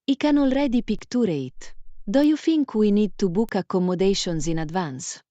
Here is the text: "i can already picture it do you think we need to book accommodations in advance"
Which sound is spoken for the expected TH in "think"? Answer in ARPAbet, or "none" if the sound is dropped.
F